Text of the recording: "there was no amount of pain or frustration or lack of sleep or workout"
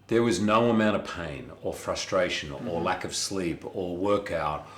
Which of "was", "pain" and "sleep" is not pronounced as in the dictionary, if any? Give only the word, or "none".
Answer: none